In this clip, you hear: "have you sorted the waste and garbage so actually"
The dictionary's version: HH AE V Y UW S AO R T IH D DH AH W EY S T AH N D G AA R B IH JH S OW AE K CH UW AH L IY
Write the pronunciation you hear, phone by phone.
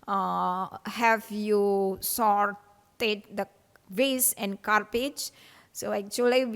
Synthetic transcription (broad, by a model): HH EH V Y UW S AO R T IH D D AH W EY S AH N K AA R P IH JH S OW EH K CH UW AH L IY